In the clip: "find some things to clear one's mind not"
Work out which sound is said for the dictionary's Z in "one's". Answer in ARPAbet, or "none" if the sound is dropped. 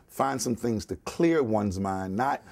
Z